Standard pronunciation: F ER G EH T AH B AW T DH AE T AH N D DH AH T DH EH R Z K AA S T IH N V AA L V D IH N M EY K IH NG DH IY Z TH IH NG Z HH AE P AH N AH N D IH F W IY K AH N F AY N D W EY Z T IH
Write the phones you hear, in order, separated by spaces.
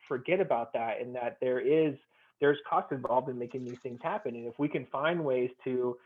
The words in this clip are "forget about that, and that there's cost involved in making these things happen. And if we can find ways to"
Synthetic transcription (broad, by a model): F ER G EH T AH B AW T DH AE T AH N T DH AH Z DH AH R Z K AA S T IH N V AA L V D IH N M EY K IH NG DH IY Z TH IH NG Z HH AE P AH N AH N IH F W IY K AH N F AY N D W EY Z T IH